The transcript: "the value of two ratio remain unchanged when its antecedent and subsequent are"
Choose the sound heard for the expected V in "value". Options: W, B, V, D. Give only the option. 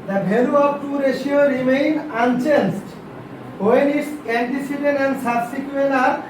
B